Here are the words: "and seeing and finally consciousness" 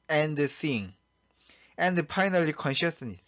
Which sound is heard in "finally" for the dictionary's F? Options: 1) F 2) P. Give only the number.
2